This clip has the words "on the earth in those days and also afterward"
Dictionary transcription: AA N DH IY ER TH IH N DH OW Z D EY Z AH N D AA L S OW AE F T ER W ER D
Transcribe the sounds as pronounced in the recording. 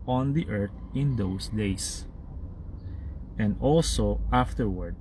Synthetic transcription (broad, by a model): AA N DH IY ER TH IH N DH OW S D EY S AH N D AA L S OW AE F T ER W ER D